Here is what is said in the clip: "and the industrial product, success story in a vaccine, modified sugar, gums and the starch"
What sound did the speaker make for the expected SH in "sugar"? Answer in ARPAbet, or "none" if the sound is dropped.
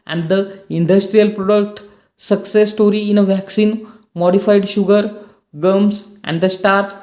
SH